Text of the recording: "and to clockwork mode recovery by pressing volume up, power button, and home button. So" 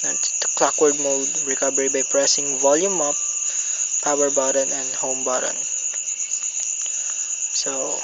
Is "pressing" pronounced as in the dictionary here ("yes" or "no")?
yes